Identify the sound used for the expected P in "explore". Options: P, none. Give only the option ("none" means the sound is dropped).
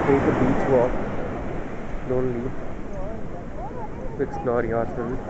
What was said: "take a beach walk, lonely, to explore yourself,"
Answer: none